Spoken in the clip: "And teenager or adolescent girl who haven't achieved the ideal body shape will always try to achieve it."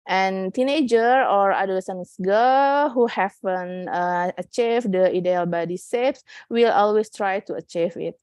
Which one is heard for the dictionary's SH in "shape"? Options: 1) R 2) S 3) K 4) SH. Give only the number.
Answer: 2